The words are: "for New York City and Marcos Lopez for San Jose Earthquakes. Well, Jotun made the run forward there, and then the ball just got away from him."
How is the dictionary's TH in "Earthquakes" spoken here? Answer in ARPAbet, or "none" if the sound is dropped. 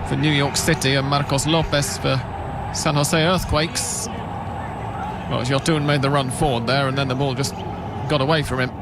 TH